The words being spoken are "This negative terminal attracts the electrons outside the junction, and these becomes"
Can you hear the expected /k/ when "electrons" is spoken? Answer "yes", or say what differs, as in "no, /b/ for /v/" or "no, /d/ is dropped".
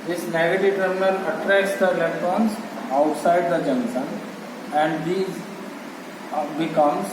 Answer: no, /k/ is dropped